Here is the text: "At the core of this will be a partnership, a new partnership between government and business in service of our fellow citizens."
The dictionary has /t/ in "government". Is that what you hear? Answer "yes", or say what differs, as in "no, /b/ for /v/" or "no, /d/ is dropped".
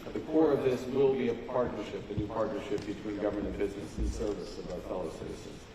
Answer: no, /t/ is dropped